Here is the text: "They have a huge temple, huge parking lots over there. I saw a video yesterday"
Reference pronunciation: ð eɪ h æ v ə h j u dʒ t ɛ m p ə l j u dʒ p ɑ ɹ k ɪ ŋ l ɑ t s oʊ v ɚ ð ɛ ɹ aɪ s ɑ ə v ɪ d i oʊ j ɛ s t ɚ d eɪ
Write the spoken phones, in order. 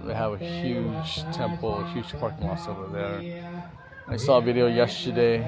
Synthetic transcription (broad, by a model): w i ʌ v ə h j u dʒ t ɛ m p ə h j u dʒ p ɑ ɹ k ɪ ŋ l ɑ s oʊ v ɚ ð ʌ ɹ aɪ s ɑ ə v ɪ d i oʊ j ɛ s t ɚ d eɪ